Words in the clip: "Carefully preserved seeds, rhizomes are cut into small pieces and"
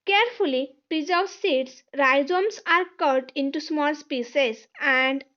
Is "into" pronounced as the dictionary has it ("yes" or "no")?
yes